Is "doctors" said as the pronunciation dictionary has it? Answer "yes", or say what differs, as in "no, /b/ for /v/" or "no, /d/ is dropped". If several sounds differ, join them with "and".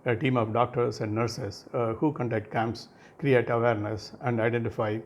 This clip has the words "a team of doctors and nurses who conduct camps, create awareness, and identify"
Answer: no, /s/ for /z/